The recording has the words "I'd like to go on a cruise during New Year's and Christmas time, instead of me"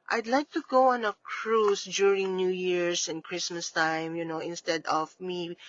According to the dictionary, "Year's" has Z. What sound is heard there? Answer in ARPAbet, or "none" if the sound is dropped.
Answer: S